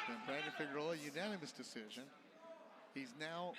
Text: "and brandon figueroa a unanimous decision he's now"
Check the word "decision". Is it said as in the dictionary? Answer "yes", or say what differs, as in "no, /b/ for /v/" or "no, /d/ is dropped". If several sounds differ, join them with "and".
yes